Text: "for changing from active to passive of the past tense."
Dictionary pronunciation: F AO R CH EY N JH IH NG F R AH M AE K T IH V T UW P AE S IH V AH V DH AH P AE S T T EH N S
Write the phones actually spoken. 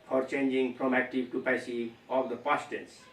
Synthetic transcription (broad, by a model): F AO R CH EY N JH IH NG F R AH M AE K T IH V T UW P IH S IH AH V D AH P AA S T T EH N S